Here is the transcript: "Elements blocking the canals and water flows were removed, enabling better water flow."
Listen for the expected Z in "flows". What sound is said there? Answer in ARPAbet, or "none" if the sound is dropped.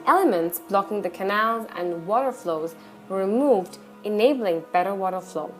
Z